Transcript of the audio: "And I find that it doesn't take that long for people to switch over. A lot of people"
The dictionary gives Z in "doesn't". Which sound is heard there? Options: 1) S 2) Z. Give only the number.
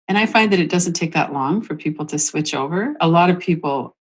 2